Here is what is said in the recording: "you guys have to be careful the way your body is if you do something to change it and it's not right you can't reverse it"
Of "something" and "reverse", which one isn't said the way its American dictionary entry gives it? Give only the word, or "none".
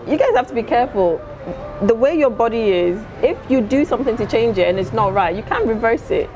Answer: none